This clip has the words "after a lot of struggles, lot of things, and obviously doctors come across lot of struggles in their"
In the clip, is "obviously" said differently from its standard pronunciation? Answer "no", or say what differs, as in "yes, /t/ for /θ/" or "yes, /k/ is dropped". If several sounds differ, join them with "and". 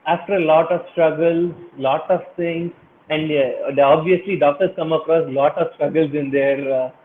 no